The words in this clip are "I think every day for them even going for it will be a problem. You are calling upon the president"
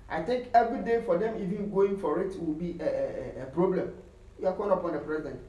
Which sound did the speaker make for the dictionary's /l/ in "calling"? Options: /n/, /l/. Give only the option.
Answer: /n/